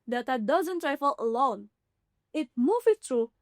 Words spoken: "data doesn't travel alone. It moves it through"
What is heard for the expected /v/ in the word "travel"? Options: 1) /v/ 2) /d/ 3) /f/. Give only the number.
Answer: 3